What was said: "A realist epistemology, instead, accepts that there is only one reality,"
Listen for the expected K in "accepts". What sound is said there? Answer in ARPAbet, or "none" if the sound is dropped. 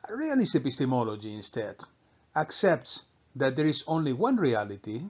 K